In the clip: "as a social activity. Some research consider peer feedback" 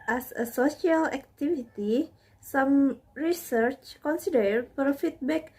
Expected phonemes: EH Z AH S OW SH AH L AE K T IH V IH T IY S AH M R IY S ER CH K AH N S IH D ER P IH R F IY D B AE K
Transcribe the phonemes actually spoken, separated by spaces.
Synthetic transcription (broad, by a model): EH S AH S OW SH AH L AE K T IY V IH T IY S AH M R IY S ER CH K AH N S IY D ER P R F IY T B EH K